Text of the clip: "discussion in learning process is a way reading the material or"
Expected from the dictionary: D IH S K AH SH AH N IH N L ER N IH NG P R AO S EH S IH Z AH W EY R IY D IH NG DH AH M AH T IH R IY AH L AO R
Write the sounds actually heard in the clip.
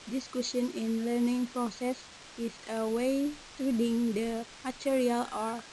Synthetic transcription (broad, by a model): D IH S K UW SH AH N IH N L ER N IH NG P R AO S EH S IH S AH W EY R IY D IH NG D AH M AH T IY R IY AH L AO R